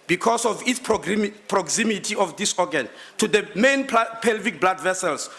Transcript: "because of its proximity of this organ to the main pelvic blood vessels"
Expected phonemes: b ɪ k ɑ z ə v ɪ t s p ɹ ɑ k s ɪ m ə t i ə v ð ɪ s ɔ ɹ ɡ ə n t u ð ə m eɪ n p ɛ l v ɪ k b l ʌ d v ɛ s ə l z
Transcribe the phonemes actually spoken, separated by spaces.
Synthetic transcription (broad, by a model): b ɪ k ɑ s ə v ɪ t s p ɹ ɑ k s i m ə t i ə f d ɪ s ɔ ɡ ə n t u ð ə m eɪ n p ɛ l v ɪ k b l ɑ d v ɛ s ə l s